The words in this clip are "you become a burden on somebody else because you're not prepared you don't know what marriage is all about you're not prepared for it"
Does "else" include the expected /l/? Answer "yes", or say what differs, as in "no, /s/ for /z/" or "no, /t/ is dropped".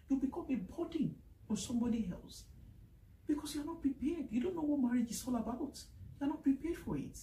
yes